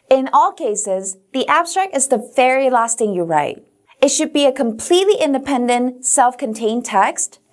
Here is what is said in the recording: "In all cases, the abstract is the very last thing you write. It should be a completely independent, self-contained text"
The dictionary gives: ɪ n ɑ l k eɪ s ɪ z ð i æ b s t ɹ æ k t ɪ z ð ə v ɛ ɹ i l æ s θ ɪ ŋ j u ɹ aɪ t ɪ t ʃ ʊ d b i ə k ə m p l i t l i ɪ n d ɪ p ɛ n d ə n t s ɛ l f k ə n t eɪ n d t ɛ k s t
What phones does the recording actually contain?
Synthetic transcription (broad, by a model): ɪ n ɑ l k eɪ s ɪ z ð i æ b s t ɹ æ k t ɪ z ð ə v ɛ ɹ i l æ s t ɪ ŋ j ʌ ɹ aɪ t ɪ t ʃ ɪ d b i ə k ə m p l i t l i ɪ n d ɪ p ɛ n d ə n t s ɛ l f k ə n t eɪ n t ɛ k s t